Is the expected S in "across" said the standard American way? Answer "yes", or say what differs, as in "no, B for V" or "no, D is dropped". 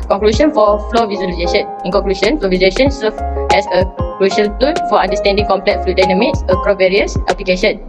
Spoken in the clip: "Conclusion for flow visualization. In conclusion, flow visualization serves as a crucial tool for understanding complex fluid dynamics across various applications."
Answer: no, S is dropped